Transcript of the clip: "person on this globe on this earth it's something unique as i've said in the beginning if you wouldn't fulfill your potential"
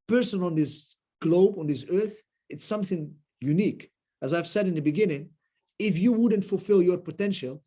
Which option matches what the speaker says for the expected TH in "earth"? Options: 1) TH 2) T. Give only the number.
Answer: 1